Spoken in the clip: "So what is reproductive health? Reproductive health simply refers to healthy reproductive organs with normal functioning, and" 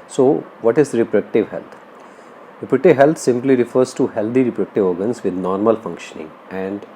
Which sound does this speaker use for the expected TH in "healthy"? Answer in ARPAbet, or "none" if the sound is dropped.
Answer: T